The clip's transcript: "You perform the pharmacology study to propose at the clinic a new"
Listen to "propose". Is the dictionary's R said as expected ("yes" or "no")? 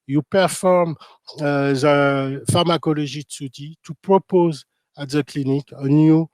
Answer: yes